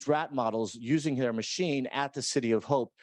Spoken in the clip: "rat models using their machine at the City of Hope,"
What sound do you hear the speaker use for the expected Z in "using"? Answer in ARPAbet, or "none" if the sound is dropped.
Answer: Z